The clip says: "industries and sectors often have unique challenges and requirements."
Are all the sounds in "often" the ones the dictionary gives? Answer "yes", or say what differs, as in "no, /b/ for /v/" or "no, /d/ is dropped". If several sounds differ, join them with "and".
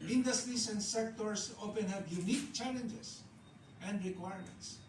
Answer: no, /p/ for /f/